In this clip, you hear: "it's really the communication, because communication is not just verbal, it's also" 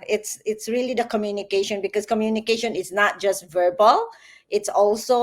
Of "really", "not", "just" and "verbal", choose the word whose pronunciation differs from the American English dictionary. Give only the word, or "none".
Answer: none